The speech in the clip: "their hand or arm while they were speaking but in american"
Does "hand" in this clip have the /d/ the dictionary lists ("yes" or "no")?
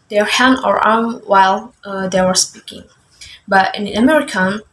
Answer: no